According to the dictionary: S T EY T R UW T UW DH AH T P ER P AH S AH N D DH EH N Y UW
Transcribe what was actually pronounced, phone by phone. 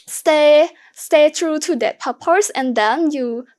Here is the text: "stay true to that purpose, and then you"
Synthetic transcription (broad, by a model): S T EY T R UW T UW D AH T P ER P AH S AH N D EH N Y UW